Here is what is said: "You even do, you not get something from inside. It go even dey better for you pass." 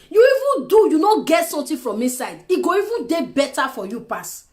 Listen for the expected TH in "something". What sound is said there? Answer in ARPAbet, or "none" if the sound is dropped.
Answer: T